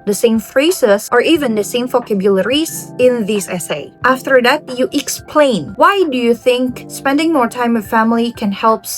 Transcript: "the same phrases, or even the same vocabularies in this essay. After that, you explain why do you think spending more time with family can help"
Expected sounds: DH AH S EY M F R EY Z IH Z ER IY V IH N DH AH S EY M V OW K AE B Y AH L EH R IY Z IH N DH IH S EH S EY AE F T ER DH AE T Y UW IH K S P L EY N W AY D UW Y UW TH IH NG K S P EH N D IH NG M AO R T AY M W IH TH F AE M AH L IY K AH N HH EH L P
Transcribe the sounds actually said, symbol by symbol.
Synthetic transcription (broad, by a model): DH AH S EY M F R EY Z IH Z ER IY V IH N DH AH S EY M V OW K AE B Y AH L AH R IY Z IH N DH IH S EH S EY AE F T ER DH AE T Y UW IH K S P L EY N W AY D UW Y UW TH IH NG K S P EH N D IH NG M AO R T AY M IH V F AE M AH L IY K AH N HH EH L P